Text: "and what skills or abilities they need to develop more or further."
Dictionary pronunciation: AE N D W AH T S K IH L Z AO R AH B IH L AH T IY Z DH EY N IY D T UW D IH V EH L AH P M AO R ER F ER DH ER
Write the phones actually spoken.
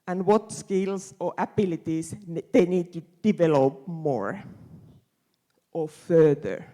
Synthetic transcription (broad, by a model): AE N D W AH T S K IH L S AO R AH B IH L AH T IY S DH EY N IY D T UW D IH V EH L AH P M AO R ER F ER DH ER